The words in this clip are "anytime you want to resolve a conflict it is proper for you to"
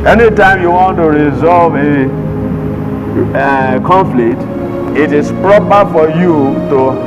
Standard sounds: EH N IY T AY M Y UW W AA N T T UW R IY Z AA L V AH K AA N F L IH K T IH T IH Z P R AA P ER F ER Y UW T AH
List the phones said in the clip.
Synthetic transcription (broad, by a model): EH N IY T AY M Y UW W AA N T T UW R IY Z AA L V AH K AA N F L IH K T IH T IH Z P R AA P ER F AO Y UW T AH